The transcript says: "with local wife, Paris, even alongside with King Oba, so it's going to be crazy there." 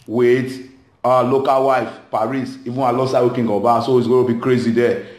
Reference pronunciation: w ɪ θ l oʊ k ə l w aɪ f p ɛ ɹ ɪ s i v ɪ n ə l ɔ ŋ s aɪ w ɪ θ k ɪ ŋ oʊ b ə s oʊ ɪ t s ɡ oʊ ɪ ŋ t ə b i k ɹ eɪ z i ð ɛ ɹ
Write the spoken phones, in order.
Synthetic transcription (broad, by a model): w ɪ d l oʊ k ə l w aɪ f p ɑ ɹ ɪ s i v ɪ n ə l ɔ s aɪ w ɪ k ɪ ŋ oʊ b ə s oʊ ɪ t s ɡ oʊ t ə b i k ɹ eɪ z i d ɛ